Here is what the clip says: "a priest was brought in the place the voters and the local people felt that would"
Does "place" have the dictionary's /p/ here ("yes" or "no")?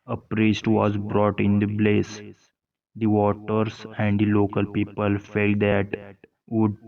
no